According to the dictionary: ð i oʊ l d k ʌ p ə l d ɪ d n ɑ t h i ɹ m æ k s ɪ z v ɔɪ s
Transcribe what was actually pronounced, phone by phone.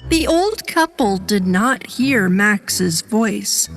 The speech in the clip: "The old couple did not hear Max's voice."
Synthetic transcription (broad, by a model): ð i oʊ l d k ʌ p l d ɪ d n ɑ t h i ɹ m æ k s ɪ z v ɔɪ s